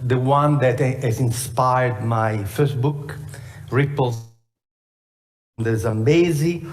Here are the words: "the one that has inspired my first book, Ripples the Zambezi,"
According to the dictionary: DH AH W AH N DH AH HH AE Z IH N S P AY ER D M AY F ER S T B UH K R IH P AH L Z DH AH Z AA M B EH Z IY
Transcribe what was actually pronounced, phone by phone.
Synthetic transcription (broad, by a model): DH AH W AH N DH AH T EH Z IH N S P AY ER D M AY F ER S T B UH K R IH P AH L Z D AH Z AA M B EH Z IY